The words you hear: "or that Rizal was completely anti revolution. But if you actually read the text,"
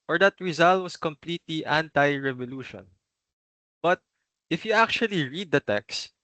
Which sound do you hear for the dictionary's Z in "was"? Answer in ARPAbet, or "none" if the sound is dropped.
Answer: S